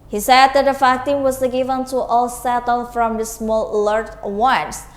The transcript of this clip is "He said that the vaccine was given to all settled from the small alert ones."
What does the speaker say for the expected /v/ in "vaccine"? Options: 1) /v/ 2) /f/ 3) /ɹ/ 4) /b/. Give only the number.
2